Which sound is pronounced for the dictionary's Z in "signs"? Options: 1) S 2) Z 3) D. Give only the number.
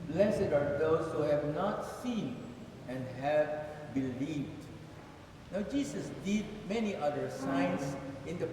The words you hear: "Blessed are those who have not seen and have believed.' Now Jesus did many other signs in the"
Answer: 1